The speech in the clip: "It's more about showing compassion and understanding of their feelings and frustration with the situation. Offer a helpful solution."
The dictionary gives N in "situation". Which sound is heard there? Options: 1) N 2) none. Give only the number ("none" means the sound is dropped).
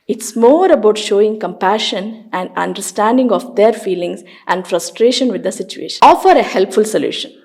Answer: 2